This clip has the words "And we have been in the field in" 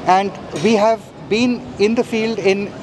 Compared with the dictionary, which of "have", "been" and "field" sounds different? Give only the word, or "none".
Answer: none